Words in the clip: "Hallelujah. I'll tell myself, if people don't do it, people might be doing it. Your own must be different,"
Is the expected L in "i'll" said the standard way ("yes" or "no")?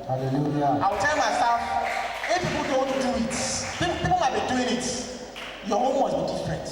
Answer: no